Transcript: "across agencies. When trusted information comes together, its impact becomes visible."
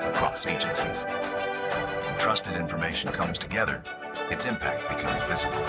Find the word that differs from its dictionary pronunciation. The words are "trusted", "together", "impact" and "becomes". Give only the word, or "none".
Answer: none